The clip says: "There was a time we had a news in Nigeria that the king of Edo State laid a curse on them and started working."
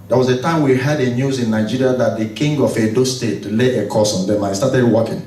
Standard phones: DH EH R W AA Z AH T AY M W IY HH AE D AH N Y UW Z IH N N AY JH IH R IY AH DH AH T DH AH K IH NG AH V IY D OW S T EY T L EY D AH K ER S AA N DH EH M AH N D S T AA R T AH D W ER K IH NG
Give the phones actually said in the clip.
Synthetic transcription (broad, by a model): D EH W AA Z AH T AY M W IY HH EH D AH N Y UW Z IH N N AY JH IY R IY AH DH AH T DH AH K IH NG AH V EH D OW S T EY T L EY AH K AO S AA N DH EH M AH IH S T AA T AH D W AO K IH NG